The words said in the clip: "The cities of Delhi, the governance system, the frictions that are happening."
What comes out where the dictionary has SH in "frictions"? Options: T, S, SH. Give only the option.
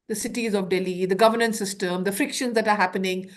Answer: SH